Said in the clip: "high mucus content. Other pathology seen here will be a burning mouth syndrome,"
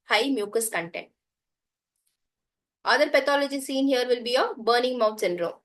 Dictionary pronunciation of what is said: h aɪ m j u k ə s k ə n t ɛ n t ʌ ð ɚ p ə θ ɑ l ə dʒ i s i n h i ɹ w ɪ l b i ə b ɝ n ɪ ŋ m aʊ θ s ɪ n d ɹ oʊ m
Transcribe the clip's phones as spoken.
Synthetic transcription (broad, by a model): h aɪ m j u k ə s k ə n t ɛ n t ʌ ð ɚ p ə t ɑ l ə dʒ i s i n h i ɹ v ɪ l b i ə b ɝ n ɪ ŋ m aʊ t s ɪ n d ɹ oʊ m